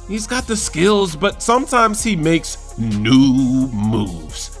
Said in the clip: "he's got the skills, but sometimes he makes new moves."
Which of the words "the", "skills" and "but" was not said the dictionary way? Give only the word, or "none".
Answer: none